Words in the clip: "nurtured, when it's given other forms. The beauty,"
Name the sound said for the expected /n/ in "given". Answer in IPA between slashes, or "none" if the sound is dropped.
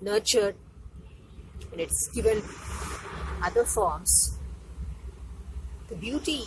/l/